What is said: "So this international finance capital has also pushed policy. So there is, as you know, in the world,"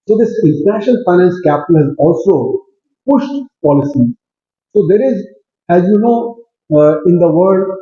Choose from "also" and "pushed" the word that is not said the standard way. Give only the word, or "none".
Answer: none